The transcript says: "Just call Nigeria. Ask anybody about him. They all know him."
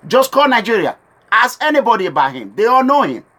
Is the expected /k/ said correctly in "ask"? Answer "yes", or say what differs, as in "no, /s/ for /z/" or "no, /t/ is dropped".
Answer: no, /k/ is dropped